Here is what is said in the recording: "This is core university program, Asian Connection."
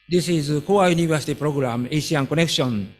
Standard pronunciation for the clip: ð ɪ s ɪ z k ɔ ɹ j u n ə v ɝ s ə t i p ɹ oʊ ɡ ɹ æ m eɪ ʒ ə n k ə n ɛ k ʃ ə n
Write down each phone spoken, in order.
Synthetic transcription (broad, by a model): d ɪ s ɪ z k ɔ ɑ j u n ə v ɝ s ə t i p ɹ oʊ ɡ ɹ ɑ m eɪ s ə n k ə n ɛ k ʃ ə n